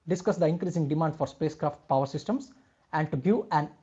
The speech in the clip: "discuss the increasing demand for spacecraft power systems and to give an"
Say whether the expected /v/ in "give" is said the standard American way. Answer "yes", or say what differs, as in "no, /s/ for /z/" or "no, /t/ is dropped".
no, /v/ is dropped